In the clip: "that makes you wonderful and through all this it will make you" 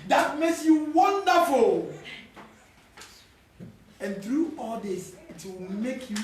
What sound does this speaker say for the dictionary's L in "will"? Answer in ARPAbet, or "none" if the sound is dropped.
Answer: W